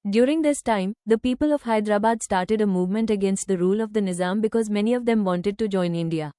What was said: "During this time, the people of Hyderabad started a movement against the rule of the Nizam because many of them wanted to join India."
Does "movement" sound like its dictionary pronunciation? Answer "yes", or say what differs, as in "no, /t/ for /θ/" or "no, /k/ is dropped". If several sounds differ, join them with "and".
yes